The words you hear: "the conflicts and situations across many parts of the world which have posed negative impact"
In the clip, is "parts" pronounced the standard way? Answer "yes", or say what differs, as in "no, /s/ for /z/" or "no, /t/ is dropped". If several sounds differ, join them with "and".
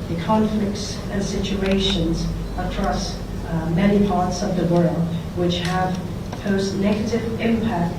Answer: yes